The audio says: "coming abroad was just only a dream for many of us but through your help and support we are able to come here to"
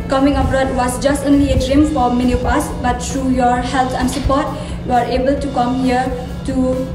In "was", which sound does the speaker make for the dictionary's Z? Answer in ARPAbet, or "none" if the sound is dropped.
S